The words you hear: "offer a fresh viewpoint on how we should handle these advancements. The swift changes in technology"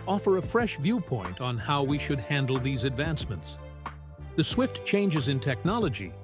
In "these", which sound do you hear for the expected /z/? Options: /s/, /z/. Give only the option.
/z/